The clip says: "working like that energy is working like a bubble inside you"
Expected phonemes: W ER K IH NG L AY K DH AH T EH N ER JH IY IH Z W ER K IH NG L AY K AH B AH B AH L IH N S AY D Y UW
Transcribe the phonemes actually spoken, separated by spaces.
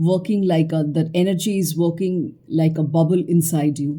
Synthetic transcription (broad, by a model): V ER K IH NG L AY K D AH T EH N ER JH IY IH Z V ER K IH NG L AY K AH B AH B AH L IH N S AY D Y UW